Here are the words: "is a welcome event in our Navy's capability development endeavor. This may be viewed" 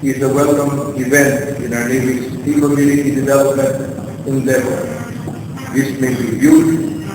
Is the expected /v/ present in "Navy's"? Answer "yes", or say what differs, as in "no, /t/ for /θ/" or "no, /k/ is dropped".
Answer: no, /v/ is dropped